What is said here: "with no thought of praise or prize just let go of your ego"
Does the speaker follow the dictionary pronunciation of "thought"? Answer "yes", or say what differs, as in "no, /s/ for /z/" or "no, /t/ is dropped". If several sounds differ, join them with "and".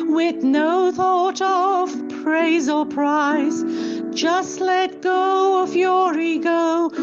yes